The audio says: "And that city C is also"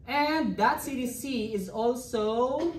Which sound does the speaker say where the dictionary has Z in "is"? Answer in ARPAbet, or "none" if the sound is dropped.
Z